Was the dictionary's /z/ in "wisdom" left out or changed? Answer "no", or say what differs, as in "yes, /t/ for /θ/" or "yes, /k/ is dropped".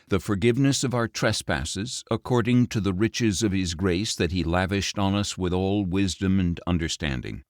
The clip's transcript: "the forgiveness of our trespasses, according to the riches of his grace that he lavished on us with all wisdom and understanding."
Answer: no